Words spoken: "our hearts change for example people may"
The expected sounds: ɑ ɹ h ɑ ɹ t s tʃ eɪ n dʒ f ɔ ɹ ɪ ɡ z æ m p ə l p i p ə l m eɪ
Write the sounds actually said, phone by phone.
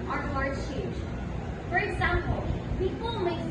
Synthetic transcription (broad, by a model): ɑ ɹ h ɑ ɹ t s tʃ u dʒ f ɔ ɹ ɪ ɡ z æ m p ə l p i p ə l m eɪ